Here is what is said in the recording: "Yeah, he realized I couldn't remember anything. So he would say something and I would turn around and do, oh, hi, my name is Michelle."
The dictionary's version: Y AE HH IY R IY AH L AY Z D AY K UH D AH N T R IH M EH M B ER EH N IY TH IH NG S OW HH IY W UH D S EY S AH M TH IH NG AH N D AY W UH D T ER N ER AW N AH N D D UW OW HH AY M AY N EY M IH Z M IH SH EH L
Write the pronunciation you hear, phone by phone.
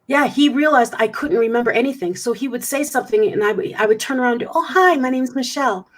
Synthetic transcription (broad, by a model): Y AE HH IY R IY AH L AY Z D AY K UH D N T R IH M EH M B ER EH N IY TH IH NG S OW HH IY W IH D S EY S AH M TH IH NG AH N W AY W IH D T ER N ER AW AH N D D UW OW HH AY M AY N EY M Z M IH SH EH L